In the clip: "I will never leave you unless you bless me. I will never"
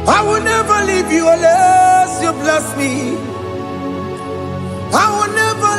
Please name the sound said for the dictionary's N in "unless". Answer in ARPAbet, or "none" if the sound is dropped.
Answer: none